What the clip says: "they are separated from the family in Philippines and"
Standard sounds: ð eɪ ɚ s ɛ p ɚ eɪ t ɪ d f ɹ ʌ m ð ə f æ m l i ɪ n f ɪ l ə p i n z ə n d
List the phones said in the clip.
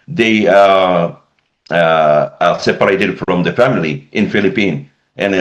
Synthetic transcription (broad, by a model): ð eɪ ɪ s ɛ p ɚ eɪ t ɪ d f ɹ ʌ m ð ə f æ m l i ɪ n f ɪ l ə p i n ə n